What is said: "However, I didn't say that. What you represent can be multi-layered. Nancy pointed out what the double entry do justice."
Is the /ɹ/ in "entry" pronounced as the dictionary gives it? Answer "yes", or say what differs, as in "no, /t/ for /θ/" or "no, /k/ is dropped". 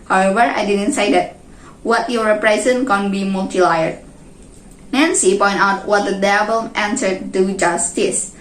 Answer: no, /ɹ/ is dropped